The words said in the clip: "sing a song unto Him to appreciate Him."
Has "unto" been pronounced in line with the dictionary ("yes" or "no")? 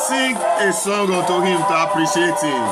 no